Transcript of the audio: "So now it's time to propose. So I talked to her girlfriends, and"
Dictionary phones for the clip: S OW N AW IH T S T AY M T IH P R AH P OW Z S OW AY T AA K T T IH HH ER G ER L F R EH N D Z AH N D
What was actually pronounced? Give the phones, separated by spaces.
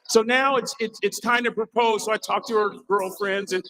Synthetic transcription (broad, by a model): S OW N AW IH T S T AY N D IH P R AH P OW Z S OW AY T AA K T T IH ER G ER L F R EH N D Z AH N